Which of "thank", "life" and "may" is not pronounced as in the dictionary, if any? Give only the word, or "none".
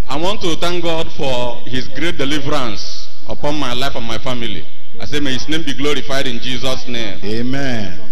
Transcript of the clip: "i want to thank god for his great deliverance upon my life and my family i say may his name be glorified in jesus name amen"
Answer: thank